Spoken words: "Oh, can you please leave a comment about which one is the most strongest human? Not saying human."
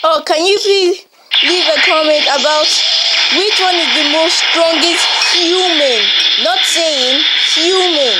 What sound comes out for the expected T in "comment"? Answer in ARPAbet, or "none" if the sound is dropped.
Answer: T